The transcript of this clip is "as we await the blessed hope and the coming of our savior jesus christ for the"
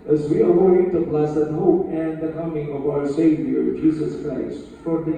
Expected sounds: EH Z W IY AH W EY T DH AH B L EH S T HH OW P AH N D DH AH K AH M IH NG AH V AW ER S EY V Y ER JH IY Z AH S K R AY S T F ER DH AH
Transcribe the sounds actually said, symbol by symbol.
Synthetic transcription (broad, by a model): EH Z W IY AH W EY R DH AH B L EH S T HH OW P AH N DH AH K AH M IH NG AH V AW ER S EY V Y ER JH IY Z AH S K R AY S T F ER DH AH